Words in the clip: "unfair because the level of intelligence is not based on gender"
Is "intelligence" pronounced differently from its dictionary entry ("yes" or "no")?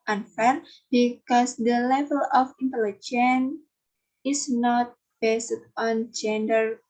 yes